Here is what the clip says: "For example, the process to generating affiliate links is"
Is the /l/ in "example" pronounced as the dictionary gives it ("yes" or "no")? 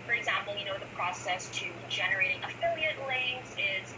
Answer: no